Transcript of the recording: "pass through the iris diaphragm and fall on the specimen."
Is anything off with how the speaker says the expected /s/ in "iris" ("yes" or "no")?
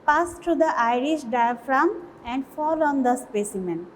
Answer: yes